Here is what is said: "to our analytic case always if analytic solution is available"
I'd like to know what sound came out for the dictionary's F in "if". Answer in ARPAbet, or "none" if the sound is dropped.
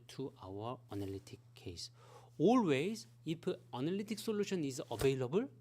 P